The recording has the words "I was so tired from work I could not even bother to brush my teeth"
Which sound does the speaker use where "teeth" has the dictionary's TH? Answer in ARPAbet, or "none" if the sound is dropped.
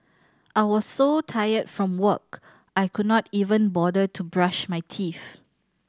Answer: F